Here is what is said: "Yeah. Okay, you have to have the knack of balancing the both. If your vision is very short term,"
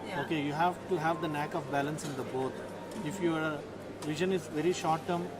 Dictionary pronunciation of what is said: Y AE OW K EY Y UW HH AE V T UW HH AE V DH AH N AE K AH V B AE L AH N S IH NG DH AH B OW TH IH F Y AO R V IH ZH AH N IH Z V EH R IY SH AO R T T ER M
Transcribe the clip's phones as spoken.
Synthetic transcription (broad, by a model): OW K EY Y UW HH AE V T UW HH AE V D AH N AE K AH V B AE L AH N S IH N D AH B OW T IH F Y AO R V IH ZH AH N IH Z V EH R IY SH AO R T T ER M